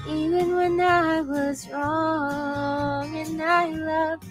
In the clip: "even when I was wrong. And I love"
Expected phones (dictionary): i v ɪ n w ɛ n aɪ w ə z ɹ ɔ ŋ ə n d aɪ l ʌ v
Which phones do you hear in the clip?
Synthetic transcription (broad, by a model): i v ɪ n w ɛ n aɪ w ə z ɹ ɔ ŋ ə n aɪ l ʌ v